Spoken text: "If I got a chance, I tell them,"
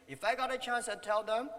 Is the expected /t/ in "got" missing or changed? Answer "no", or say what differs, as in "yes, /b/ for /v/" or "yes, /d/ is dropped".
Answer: no